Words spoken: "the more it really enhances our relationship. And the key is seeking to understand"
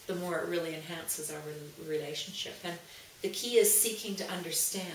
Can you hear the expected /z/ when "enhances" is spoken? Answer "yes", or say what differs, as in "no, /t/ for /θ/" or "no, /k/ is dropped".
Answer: yes